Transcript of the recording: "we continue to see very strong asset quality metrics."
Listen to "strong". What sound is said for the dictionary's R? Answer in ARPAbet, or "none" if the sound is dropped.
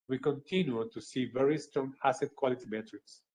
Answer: R